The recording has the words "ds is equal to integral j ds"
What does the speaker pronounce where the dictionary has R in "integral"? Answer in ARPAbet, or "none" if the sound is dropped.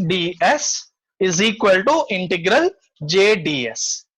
R